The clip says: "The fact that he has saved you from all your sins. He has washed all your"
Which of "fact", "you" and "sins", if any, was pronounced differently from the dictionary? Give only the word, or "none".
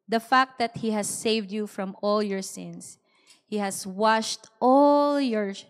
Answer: sins